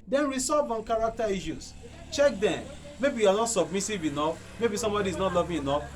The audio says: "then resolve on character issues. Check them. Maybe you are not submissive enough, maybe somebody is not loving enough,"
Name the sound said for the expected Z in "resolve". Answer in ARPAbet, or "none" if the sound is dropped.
S